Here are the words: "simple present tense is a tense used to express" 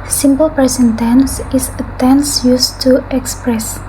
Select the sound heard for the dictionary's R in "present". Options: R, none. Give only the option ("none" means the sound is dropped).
none